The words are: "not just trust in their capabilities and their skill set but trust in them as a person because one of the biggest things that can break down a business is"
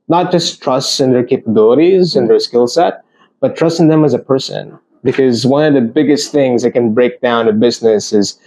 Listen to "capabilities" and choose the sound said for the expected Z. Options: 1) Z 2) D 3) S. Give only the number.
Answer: 1